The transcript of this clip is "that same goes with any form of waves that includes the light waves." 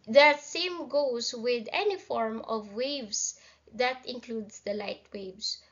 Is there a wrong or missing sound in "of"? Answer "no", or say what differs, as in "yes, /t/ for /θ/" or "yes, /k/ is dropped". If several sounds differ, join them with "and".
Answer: no